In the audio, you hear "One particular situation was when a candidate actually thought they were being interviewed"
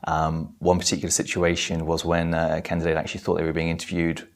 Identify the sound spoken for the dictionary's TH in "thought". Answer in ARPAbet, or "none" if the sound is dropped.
TH